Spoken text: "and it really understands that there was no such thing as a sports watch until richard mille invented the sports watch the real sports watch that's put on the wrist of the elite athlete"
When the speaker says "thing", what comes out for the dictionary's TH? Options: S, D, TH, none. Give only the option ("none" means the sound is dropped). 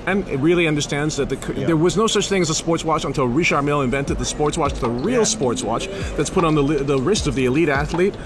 TH